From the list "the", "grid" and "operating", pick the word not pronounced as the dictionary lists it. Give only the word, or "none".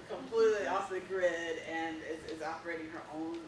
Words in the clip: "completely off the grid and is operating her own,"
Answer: none